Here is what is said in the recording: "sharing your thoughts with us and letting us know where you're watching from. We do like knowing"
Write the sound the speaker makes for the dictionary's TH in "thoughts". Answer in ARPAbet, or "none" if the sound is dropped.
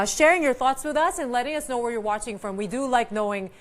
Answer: TH